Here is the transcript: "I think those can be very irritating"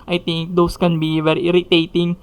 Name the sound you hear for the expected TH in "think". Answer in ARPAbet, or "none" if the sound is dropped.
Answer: T